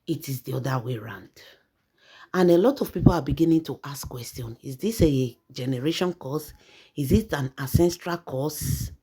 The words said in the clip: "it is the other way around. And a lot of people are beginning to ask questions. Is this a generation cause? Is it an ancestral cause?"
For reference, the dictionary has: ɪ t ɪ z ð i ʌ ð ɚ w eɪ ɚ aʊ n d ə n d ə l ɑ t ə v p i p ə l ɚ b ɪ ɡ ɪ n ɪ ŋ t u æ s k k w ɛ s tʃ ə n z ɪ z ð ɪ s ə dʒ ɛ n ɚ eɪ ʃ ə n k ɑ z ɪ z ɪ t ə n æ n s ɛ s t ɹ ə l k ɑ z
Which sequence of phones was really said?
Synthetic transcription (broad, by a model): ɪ t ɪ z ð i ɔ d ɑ w eɪ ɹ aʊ n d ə n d ə l ɑ t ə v p i p ə l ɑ b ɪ ɡ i n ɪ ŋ t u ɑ s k k w ɛ s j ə n ɪ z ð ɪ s ə dʒ ɛ n ɚ eɪ ʃ ə n k ɑ s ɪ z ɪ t ə n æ s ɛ s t ɹ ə l k ɑ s